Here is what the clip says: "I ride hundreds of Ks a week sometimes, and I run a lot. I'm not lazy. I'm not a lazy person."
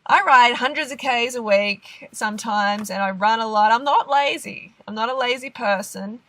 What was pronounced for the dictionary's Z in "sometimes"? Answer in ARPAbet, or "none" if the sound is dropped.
Z